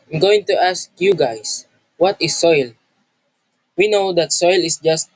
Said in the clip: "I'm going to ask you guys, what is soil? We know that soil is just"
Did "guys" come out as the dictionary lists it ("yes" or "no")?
no